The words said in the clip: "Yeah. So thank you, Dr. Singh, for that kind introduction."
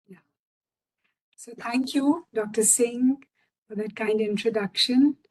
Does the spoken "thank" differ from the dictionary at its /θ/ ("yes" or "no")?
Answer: yes